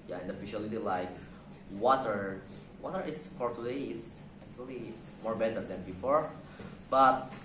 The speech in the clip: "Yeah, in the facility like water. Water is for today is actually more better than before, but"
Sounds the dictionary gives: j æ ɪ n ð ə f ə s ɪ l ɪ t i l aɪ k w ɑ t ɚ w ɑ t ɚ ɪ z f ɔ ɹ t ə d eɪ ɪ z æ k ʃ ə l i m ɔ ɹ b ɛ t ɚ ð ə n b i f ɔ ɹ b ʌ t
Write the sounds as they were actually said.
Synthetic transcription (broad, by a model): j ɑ ɪ n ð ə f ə ʃ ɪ l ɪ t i l aɪ k w ɑ t ɚ w ɑ t ɚ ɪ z f ɔ ɹ t ə d eɪ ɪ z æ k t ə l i m ɔ ɹ b ɛ t ɚ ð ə n b i f ɔ ɹ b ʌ t